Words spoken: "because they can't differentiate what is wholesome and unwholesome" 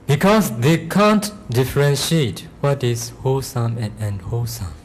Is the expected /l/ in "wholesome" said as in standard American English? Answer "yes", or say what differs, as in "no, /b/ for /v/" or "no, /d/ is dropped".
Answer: no, /l/ is dropped